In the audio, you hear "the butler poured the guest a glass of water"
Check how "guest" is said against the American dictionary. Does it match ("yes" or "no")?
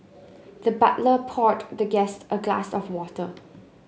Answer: yes